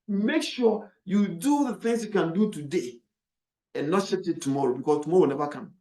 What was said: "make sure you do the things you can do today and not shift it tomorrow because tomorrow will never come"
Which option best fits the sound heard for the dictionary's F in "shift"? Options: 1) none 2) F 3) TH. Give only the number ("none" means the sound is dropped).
1